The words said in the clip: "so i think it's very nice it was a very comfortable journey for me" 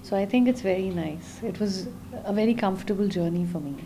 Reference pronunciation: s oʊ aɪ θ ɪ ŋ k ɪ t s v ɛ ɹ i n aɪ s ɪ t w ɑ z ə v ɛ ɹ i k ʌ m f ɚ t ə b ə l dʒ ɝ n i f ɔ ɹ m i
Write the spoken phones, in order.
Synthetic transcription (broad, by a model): s oʊ aɪ t ɪ ŋ k ɪ t s v ɛ ɹ i n aɪ s ɪ t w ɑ z ə v ɛ ɹ i k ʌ m f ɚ t ə b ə l dʒ ɝ n i f ɔ ɹ m i